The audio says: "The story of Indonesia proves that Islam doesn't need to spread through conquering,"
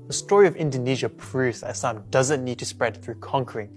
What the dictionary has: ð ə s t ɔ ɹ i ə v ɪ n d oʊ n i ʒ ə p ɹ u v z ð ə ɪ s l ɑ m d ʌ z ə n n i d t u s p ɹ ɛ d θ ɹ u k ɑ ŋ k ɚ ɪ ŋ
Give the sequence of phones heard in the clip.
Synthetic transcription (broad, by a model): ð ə s t ɔ ɹ i ə v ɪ n d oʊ n i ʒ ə p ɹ u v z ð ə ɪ s ɑ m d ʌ z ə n n i d t u s p ɹ ɛ d θ ɹ u k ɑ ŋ k ɚ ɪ ŋ